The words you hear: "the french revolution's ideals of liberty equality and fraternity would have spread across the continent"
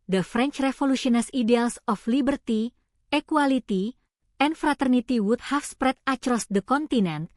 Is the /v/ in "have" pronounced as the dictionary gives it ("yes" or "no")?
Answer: no